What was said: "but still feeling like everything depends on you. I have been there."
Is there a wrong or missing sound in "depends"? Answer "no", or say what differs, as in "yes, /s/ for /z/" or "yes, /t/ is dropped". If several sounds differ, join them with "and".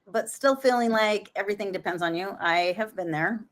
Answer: no